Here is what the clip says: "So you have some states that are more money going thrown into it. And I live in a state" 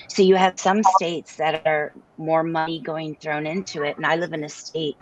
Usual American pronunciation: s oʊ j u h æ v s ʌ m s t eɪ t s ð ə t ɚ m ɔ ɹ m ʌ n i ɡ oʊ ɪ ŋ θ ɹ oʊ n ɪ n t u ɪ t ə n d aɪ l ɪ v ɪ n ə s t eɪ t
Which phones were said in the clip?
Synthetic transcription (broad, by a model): s oʊ j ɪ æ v s ʌ m s t eɪ t s ð ə t ɚ m ɔ ɹ m ʌ n i ɡ oʊ ɪ ŋ θ ɹ oʊ n ɪ n t u ɪ t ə n aɪ l ɪ v ɪ n ə s t eɪ t